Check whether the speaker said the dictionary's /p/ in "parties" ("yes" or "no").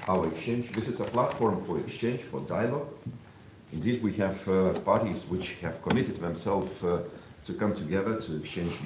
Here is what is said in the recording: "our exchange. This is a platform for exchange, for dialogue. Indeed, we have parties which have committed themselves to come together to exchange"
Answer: yes